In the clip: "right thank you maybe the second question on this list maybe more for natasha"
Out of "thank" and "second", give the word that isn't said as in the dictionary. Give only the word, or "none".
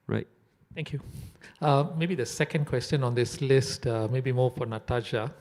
thank